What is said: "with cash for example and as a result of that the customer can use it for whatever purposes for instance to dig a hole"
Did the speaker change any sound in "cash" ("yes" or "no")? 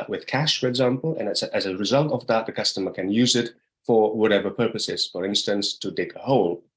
no